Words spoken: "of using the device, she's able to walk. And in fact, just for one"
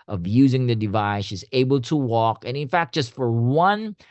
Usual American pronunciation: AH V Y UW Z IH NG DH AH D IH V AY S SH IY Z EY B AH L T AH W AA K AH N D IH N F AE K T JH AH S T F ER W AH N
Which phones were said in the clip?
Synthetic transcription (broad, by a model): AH V Y UW Z IH NG DH AH D IH V AY S SH IY Z EY B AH L T AH W AA K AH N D IH N F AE K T JH AH S T F ER W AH N